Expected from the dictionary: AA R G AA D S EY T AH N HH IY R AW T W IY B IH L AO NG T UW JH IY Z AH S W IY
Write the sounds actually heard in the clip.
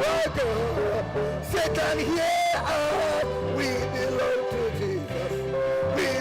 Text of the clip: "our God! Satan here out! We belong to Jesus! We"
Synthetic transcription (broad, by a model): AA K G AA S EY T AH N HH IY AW W IY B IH L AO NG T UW JH IY Z AH S W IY